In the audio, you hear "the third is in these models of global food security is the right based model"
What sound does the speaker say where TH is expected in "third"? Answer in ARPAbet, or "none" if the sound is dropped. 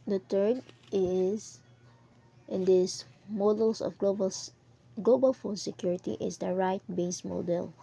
T